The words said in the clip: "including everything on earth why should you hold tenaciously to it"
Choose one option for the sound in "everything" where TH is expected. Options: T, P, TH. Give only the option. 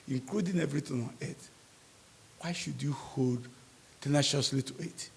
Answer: T